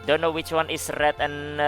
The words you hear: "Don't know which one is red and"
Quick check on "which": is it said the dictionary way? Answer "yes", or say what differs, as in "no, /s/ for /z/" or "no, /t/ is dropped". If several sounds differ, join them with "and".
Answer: yes